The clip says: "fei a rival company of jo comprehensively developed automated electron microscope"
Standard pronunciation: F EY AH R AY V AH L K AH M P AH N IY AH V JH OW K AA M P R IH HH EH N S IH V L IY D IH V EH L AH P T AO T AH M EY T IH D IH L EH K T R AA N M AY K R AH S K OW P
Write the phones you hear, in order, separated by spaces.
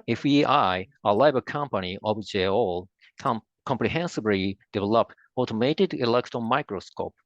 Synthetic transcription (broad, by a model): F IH AH L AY B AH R K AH M P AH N IY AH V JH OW K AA M P R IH HH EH N S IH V L IY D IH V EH L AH P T AO T AH M EY T IH D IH L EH K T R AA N M AY K R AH S K OW P